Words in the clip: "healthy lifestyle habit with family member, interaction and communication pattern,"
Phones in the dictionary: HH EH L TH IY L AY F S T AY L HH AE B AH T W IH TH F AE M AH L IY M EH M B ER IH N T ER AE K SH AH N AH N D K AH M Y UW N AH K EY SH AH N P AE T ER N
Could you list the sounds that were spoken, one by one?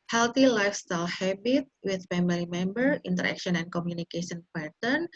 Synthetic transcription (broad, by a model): HH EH L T IY L AY F S T AY L HH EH B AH T W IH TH P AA M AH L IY M EH M B ER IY N T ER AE K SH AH N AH N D K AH M Y UW N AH K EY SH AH N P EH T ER N